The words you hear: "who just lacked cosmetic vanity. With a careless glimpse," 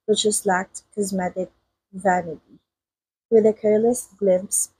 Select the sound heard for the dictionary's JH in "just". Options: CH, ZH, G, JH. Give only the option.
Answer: CH